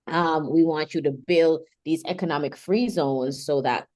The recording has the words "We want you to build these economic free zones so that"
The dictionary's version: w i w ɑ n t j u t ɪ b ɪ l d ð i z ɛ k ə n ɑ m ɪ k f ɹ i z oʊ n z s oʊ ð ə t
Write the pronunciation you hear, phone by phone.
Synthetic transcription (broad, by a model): w i w ɑ n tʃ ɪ t ɪ b ɪ l d ð i z ɛ k ə n ɑ m ɪ k f ɹ i z oʊ n z s oʊ ð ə t